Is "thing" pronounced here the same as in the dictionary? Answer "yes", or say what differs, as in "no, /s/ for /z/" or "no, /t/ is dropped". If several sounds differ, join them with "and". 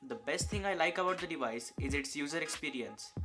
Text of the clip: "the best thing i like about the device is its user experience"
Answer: no, /t/ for /θ/